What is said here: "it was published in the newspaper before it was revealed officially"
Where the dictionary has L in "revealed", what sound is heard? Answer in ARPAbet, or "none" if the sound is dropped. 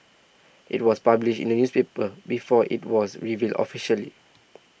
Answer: L